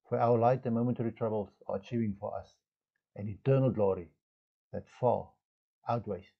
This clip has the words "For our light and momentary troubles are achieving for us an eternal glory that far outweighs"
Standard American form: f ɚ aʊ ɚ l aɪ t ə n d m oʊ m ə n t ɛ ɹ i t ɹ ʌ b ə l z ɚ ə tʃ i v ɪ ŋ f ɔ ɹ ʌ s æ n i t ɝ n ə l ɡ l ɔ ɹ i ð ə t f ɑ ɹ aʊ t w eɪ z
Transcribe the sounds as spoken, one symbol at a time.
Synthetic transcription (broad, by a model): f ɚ aʊ ɚ l aɪ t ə m oʊ m ə n t ɛ ɹ i t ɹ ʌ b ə l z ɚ ə tʃ i v ɪ ŋ f ɔ ɹ ʌ s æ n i t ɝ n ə l ɡ l ɔ ɹ i ð ə t f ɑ l aʊ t w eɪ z